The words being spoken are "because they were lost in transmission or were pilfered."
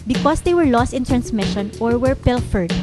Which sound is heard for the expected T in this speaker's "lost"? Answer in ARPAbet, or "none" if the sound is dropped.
T